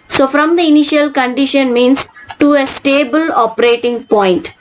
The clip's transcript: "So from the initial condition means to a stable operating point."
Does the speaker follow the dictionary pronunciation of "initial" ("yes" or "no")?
yes